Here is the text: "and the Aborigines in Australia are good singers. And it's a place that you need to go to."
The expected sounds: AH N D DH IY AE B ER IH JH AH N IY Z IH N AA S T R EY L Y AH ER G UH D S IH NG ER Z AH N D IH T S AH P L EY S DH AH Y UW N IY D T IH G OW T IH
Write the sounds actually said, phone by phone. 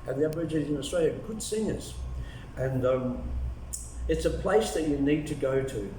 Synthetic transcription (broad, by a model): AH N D DH IY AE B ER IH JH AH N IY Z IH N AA S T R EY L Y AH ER G UH D S IH NG ER Z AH N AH IH T S AH P L EY S DH AH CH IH N IY D T IH G OW T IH